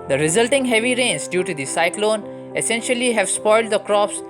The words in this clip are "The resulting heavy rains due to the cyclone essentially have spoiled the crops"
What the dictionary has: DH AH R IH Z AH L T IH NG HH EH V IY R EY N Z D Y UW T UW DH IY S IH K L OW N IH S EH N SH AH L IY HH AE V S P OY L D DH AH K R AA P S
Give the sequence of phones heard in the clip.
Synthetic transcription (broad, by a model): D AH R IH Z AH L T IH NG HH EH V IY R EY N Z D Y UW T UW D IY S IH K L OW N IH S EH N SH AH L IY HH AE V S P OY L D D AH K R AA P S